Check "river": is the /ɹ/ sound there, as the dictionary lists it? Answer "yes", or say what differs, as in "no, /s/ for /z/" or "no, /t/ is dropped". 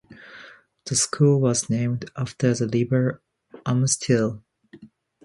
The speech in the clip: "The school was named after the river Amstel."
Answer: no, /l/ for /ɹ/